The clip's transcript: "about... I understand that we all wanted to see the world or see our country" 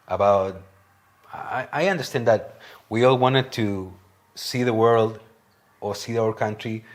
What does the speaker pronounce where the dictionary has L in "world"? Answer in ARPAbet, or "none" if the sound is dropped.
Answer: L